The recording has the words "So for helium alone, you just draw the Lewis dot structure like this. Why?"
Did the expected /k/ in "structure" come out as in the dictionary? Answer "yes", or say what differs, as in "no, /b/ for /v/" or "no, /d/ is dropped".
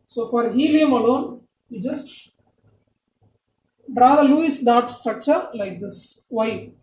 yes